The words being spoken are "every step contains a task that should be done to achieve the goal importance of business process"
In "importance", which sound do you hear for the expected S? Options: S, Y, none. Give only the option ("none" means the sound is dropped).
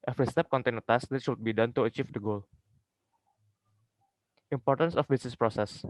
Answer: S